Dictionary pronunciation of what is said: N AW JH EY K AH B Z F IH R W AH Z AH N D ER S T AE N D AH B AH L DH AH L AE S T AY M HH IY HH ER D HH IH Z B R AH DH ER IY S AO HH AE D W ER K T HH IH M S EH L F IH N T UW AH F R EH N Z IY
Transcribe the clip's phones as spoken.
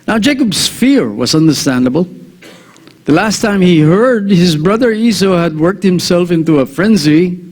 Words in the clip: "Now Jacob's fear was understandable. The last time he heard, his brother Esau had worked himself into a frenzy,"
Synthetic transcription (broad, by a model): N AW JH EY K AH B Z F IH R W AH Z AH N D ER S T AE N D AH B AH L DH AH L AE S T AY M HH IY HH ER D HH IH Z B R AH DH ER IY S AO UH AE D W ER K T HH IH M S EH L F IH N T UW AH F R EH N Z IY